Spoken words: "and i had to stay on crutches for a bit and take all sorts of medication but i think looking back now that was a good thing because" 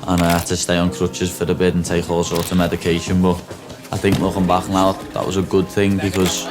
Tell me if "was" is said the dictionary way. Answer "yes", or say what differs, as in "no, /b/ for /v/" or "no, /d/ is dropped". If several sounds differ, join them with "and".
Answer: yes